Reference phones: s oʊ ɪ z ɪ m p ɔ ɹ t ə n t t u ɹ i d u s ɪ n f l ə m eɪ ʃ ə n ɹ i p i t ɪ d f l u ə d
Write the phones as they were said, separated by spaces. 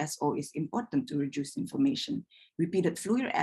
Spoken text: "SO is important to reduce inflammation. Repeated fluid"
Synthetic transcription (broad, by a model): s oʊ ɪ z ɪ m p ɔ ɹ t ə n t t u ɹ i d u s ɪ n f ə m eɪ ʃ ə n ɹ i p i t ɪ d f l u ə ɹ